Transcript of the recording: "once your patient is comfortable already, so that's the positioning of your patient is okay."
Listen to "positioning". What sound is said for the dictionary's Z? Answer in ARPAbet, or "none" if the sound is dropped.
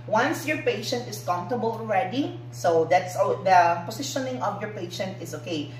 S